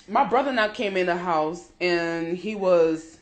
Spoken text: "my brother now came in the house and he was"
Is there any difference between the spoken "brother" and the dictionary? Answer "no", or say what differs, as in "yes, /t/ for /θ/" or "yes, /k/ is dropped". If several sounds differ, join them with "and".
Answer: no